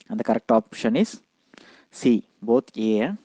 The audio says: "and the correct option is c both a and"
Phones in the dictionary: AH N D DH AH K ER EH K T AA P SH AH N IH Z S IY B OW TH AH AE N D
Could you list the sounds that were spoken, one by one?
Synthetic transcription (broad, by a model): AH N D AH K ER EH K T AA P SH AH N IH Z S IY B OW T AH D